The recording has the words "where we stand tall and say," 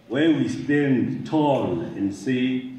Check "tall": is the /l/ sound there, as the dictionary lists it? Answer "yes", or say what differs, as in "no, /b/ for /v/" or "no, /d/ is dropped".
yes